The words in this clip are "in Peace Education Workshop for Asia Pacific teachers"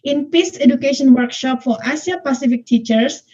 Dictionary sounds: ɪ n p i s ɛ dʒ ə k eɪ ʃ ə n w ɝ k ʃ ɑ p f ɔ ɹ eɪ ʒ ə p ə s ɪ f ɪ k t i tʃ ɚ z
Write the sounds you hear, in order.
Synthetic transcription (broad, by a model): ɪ n p i s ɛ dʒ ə k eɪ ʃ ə n w ɝ k ʃ ɑ p f ɔ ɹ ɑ s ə p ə s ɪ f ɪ k t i tʃ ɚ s